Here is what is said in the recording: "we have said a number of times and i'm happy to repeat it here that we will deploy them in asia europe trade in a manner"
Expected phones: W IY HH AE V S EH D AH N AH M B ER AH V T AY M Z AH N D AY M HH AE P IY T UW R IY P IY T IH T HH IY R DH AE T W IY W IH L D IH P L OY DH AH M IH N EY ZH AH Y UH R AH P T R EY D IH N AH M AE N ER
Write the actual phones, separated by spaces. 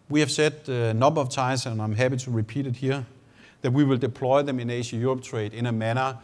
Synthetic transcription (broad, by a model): W IY HH AE V S EH D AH N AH B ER AH V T AY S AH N AY M HH AE P IY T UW R IY P IY T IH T HH IY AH DH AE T W IY W IH L D IH P L OY DH AH M IH N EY SH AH Y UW R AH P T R EY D IH N AH M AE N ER